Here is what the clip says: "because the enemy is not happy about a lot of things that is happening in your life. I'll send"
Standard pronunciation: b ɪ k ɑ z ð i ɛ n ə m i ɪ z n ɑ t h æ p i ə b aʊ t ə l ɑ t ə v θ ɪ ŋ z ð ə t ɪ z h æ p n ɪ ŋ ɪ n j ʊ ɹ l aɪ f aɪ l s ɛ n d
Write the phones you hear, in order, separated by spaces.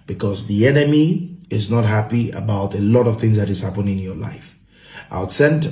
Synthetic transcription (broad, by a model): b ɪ k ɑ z ð i ɛ n ə m i ɪ z n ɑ t h æ p i ə b aʊ t ə l ɑ t ə v θ ɪ ŋ z ð ə t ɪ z h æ p ɪ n ɪ n j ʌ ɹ l aɪ f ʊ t s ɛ n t